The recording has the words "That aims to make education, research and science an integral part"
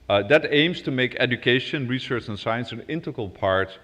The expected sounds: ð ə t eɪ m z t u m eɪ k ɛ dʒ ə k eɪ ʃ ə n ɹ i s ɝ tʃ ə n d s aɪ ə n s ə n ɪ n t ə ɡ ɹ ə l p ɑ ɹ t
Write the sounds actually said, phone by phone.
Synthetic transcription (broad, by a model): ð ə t eɪ m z t u m eɪ k ɛ dʒ ə k eɪ ʃ ə n ɹ i s ɝ tʃ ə n s aɪ ə n s ə n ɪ n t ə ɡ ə l p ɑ ɹ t